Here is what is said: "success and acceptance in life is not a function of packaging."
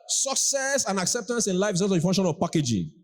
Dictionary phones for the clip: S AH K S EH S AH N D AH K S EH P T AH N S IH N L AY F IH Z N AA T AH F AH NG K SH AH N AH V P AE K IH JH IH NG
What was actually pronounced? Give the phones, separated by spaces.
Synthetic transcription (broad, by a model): S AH K S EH S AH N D AH K S EH P T AH N S IH N L AY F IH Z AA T AH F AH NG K SH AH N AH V P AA K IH JH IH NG